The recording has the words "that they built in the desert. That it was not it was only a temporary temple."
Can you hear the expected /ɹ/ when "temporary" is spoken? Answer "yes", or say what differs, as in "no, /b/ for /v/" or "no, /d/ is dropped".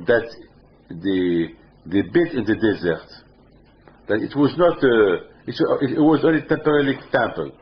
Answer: no, /l/ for /ɹ/